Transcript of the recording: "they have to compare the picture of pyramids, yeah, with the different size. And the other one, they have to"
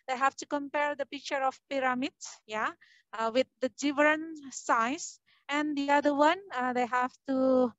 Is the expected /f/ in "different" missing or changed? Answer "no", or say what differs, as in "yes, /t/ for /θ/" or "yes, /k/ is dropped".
yes, /f/ is dropped